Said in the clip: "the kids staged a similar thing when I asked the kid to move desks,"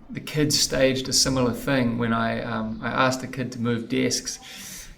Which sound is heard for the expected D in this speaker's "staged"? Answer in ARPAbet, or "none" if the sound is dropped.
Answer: D